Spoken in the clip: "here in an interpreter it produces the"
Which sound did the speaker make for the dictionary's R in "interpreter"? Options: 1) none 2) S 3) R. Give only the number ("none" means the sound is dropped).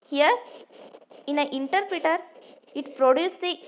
3